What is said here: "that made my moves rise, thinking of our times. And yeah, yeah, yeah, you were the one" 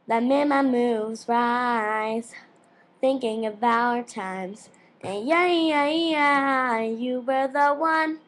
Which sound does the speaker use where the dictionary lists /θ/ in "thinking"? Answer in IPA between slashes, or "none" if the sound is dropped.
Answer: /θ/